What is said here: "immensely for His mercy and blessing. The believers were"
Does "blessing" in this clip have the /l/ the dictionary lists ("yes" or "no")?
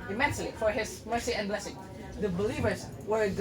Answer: yes